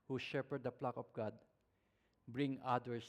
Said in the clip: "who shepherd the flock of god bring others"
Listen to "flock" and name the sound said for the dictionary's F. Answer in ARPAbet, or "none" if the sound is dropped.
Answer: P